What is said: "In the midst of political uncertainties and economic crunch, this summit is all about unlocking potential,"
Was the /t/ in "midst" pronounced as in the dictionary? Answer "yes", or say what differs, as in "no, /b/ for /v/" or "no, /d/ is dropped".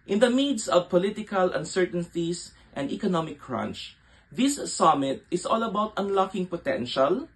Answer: no, /t/ is dropped